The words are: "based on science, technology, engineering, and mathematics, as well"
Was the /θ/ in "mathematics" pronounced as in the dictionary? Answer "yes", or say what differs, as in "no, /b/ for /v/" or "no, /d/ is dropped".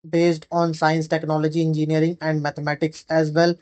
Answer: no, /t/ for /θ/